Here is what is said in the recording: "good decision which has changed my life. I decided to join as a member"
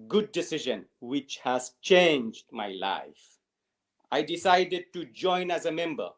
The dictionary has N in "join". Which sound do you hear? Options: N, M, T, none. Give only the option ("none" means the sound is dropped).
N